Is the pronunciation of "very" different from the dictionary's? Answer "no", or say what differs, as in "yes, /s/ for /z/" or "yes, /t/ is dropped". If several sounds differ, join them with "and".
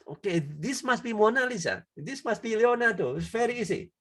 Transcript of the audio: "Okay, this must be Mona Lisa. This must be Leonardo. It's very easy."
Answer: yes, /f/ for /v/